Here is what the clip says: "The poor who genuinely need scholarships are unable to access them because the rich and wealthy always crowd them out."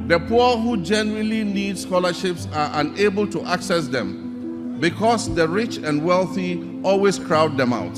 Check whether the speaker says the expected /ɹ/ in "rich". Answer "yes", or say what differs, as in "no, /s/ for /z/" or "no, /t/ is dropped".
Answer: yes